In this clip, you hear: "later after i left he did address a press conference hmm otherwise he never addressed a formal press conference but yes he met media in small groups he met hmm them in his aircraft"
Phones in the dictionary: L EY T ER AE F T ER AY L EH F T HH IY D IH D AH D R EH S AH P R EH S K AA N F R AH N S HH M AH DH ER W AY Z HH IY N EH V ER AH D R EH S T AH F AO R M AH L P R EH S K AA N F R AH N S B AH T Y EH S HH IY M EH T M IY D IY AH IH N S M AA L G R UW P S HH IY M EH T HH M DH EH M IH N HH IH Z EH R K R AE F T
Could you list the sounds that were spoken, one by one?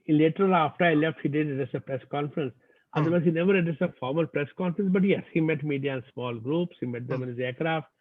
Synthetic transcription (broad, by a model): L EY T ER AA F T ER AY L EH F T HH IY D IH D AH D EH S AH P R EH S K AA N F R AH N S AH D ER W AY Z HH IY N EH V ER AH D IH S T AH F AO R M AH L P R EH S K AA N F R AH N S B AH T Y EH S HH IY M EH T M IY D IY AH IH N S M AA L G R UW P S HH IY M EH T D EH M IH N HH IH Z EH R K R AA F T